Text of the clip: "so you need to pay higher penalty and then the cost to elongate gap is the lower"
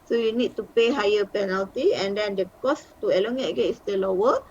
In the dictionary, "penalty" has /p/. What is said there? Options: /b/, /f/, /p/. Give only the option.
/p/